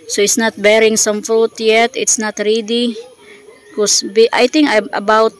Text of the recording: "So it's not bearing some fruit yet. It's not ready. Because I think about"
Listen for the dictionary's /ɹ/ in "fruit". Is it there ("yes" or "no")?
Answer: yes